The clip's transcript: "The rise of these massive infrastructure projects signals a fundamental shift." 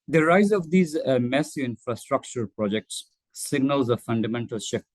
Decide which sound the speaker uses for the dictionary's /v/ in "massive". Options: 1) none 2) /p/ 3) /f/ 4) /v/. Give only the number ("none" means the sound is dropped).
1